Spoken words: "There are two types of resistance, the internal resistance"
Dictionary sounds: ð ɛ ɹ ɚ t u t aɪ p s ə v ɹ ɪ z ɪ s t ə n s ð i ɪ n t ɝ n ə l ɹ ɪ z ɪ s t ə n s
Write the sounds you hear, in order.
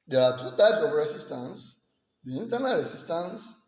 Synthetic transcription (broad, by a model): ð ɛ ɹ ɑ t u t aɪ p s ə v ɹ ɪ s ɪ s t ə n s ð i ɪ n t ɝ n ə l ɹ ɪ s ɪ s t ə n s